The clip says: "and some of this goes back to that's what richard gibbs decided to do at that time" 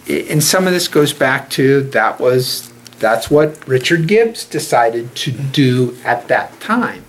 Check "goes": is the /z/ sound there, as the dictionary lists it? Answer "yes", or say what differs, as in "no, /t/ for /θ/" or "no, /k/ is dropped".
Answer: yes